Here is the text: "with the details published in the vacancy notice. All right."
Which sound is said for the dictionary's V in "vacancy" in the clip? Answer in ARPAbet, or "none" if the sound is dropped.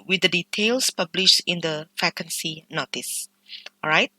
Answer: F